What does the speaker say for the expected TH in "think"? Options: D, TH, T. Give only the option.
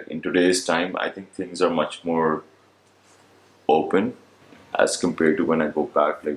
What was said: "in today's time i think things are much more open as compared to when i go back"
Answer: T